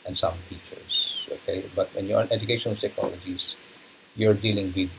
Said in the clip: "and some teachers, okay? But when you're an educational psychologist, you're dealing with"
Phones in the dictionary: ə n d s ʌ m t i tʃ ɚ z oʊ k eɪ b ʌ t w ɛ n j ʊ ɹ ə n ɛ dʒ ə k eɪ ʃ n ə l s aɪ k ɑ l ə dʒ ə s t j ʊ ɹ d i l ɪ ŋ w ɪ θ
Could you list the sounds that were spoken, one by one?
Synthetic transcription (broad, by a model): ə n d s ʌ m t i tʃ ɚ s oʊ k eɪ b ʌ t w ɛ n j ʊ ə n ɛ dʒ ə k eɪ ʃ ə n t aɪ k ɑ l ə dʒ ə s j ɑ ɹ d i l ɪ ŋ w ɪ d